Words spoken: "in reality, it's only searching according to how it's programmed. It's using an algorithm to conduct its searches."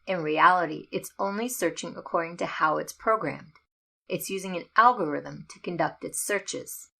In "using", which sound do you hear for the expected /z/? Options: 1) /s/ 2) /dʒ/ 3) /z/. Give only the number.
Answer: 3